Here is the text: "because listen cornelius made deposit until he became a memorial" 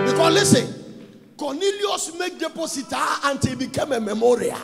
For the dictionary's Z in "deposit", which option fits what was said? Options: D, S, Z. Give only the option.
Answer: S